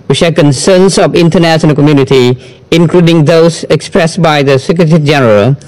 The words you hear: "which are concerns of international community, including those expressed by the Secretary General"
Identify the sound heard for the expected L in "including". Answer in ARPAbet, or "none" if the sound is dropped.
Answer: L